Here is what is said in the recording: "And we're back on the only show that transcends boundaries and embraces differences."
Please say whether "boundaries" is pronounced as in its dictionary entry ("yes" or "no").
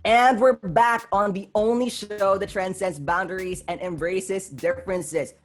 yes